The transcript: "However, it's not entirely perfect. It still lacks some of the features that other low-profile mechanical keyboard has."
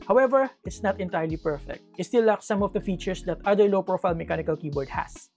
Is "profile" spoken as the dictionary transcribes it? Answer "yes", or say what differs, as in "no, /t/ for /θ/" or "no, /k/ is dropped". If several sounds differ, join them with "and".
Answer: yes